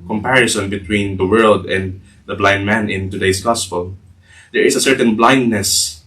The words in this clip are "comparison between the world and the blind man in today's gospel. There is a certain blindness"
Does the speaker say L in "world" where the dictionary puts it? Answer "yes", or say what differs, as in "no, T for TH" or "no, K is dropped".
yes